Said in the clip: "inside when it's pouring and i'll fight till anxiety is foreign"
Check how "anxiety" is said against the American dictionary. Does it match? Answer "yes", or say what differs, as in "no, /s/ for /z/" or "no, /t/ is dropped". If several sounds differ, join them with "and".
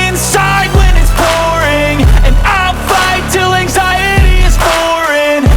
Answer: yes